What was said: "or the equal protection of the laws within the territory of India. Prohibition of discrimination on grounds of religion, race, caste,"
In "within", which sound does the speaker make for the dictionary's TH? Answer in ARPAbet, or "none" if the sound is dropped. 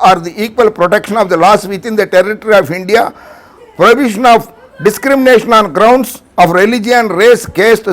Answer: T